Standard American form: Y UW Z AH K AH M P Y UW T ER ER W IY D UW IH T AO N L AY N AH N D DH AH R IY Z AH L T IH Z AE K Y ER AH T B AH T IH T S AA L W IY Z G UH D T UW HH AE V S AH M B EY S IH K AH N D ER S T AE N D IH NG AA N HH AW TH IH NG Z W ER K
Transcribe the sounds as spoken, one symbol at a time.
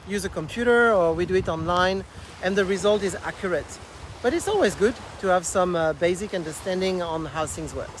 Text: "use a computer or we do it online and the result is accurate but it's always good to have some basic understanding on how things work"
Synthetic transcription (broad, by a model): Y UW Z AH K AH M P Y UW T ER ER W IY D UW IH T AO N L AY N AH N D DH AH R IY Z AH L T IH Z AE K Y ER AH T B AH T IH T S AA L W IY Z G UH D T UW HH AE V S AH M B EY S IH K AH N D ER S T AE N D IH NG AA N HH AW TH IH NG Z W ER